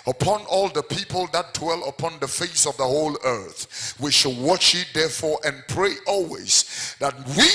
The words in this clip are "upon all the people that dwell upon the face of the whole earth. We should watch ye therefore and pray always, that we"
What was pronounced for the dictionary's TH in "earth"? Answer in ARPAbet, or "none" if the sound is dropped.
TH